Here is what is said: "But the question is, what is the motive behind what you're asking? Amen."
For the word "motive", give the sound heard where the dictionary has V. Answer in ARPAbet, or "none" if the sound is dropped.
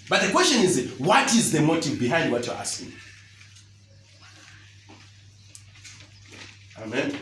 V